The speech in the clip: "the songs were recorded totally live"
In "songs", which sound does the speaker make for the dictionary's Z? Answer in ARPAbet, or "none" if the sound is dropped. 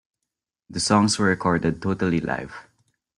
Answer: S